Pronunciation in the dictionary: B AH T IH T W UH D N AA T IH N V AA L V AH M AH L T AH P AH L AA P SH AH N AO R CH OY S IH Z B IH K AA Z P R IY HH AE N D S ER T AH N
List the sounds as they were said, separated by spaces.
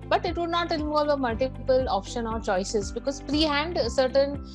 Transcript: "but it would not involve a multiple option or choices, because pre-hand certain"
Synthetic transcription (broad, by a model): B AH T IH T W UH D N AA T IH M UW V AH M AH L T AH P AH L AA P SH AH N AO R CH OY S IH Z B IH K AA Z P R IY HH AE N D S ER T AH N